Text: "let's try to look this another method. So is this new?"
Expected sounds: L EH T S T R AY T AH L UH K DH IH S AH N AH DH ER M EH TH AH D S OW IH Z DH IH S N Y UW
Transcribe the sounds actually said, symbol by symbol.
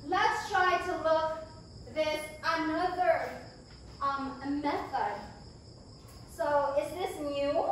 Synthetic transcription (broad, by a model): L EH T S T R AY T AH L UH K DH IH S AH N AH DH ER M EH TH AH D S OW IH Z DH IH S N Y UW